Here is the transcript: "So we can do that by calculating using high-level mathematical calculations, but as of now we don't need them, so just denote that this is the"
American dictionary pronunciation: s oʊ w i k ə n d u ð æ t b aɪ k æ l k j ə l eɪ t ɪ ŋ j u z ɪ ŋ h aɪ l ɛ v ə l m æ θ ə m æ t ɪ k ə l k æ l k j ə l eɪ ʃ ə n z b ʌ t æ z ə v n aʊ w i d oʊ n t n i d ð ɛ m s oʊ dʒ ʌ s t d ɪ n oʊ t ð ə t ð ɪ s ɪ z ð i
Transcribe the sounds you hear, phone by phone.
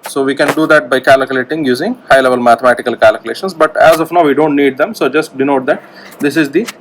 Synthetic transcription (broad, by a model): s oʊ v i k ə n d u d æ t b aɪ k æ l k j ə l eɪ t ɪ ŋ j u z ɪ ŋ h aɪ l ɛ v ə l m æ t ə m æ t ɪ k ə l k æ l k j l eɪ ʃ ə n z b ʌ t æ z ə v n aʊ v i d oʊ n t n i d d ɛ m s oʊ dʒ ʌ s t d ɪ n oʊ t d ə t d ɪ s ɪ z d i